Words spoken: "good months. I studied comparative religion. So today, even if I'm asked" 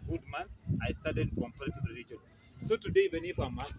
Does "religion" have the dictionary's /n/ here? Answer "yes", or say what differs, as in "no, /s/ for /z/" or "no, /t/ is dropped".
no, /l/ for /n/